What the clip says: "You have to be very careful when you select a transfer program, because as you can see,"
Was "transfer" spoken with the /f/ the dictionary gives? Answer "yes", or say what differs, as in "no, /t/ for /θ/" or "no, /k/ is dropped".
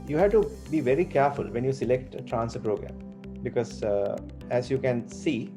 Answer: no, /f/ is dropped